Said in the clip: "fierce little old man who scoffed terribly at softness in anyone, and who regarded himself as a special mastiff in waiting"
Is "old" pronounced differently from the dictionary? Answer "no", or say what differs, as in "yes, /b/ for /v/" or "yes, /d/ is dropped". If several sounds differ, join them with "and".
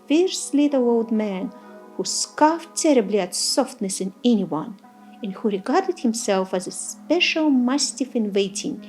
no